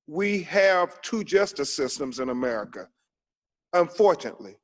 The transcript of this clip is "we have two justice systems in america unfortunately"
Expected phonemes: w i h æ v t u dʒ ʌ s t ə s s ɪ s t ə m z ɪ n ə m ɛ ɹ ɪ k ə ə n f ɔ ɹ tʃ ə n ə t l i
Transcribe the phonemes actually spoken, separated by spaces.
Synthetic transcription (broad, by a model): w i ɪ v t u dʒ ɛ s t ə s s ɪ s t ə m z ɪ n ə m ɛ ɹ ɪ k ə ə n f ɔ ɹ tʃ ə n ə t l i